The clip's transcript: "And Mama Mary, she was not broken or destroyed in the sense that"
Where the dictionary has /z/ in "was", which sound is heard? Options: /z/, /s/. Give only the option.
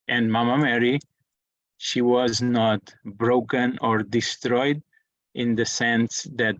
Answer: /z/